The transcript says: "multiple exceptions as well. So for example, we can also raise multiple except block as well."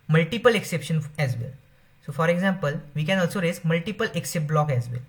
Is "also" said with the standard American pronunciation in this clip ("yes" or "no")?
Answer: yes